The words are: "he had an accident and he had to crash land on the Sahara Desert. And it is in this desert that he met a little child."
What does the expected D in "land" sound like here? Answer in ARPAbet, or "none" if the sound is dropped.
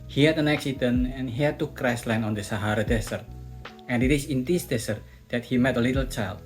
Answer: none